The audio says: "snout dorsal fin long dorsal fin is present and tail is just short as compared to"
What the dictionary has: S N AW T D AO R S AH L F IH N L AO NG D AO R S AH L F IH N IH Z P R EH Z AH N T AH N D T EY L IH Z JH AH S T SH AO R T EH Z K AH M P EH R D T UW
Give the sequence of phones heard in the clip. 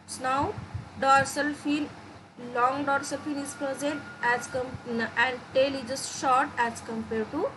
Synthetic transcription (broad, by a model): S N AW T D AO R S AH L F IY L L AO NG D AO R S AH L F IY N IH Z P R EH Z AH N T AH N D T EY L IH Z JH AH S T SH AO R T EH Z K AH M P EH R D T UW